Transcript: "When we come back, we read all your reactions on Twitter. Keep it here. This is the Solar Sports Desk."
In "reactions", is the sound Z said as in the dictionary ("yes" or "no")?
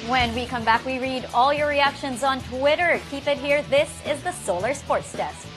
yes